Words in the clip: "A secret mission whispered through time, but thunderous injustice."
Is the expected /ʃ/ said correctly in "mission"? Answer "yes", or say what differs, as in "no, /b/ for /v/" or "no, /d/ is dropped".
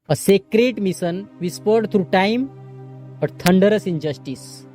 no, /s/ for /ʃ/